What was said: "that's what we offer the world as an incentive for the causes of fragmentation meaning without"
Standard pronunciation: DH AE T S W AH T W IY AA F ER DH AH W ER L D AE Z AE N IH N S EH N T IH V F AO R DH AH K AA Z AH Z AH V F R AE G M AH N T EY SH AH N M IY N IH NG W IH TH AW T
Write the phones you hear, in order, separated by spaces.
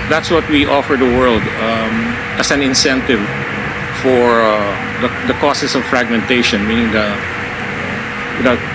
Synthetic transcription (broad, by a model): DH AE T S W AH T W IY AA F ER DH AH W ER L D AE S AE N IH N S EH N T IH V F AO R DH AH K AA S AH S AH V F R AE G M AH N T EY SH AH N M IY N IH NG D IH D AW